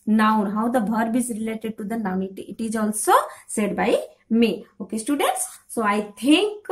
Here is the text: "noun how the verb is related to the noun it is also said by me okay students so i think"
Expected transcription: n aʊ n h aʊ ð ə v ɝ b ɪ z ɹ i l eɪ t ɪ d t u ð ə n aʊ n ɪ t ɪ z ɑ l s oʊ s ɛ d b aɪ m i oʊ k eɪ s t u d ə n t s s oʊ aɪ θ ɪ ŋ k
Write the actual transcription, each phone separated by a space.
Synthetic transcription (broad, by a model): n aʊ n h aʊ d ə b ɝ b ɪ z ɹ i l eɪ t ɪ d t u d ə n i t ɪ t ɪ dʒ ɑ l s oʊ s ɛ d b aɪ m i oʊ k eɪ s t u d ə n t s s oʊ aɪ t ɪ ŋ k